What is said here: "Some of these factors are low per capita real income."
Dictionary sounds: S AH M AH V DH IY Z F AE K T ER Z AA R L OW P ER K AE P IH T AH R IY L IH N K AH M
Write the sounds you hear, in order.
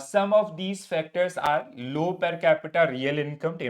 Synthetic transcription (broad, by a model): S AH M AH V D IY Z F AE K T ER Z AA R L OW P ER K AE P IH T AH R IY L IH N K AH M